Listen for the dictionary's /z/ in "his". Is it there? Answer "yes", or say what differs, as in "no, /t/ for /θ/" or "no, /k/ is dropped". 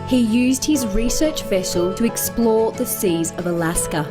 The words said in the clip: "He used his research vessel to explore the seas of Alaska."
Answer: yes